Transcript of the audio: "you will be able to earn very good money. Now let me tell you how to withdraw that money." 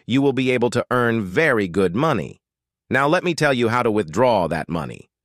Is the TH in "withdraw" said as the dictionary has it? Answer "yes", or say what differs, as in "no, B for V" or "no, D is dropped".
yes